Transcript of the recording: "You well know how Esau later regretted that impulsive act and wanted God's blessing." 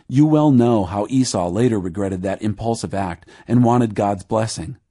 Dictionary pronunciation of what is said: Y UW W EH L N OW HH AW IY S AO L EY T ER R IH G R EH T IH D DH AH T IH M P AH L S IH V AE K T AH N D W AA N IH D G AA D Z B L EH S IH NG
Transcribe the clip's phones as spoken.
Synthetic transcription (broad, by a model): Y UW W EH L N OW HH AW IY S AO L EY T ER R IH G R EH T IH D DH AH T IH M P AH L S IH V AE K T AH N W AA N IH D G AA D Z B L EH S IH NG